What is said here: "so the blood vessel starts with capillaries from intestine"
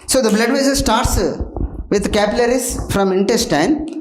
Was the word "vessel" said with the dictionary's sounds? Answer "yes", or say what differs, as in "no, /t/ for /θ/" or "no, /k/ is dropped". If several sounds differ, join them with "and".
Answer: no, /n/ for /l/